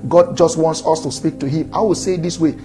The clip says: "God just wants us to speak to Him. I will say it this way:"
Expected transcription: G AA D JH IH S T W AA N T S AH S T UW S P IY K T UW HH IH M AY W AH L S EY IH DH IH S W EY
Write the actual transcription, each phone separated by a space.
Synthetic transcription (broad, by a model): G AA D JH IH S T W AA N T S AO S T UW S P IY K T UW HH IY M AY W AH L S EY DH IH S W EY